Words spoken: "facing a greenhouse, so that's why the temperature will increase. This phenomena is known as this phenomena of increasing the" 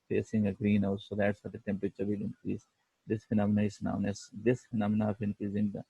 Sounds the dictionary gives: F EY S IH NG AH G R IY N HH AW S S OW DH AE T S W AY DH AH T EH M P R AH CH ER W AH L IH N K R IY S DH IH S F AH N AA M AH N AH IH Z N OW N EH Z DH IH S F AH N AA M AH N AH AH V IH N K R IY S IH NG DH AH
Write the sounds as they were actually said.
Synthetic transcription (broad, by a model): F EY S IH NG AH G R IY N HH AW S S OW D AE T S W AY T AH T EH M P R AH CH ER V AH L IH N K R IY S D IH S F AH N AA M AH N AH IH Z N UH N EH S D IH S F AH N AA M AH N AH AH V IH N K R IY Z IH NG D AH